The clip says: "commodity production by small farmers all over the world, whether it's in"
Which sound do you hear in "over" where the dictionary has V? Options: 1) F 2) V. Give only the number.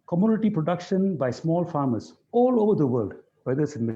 2